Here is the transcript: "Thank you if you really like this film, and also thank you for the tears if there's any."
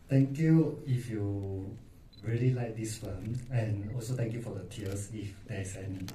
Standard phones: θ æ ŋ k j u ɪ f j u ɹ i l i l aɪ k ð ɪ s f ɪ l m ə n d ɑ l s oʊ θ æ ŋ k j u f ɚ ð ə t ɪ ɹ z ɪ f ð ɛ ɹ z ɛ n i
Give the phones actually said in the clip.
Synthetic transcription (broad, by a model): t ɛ ŋ k j u ɪ f j u ɹ i l i l aɪ k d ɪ s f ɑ m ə n ɑ l s oʊ t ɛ ŋ k j u f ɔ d ə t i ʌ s ɪ f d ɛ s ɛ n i